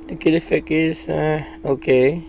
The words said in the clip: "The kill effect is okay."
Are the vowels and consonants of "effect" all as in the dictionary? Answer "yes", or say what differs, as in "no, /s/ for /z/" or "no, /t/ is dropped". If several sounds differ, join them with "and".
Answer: no, /t/ is dropped